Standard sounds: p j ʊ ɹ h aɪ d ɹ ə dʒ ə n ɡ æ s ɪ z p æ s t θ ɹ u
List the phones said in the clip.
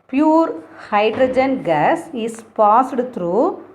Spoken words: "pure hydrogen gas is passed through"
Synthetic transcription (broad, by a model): p j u ɹ h aɪ d ɹ ə dʒ ə n ɡ æ s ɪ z p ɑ s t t ɹ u